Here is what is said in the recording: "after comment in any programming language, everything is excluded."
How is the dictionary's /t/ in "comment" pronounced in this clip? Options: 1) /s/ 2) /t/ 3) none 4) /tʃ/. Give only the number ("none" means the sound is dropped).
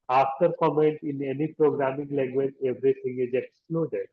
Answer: 2